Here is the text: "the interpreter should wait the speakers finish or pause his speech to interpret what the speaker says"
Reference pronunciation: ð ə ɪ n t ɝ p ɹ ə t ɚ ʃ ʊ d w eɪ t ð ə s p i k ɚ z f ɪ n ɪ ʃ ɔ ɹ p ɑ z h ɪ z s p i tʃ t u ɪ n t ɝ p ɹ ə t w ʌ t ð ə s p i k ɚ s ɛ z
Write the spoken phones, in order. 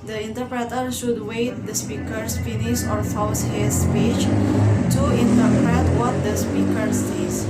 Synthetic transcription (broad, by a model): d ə ɪ n t ɝ p ɹ ə t ɚ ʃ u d w eɪ t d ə s p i k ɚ s f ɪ n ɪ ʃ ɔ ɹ f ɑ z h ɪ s p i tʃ t u ɪ n t ɝ p ɹ ə t w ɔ t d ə s p i k ɚ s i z